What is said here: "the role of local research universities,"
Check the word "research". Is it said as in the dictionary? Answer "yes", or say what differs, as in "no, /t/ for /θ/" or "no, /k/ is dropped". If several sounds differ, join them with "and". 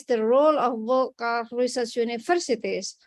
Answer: no, /s/ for /tʃ/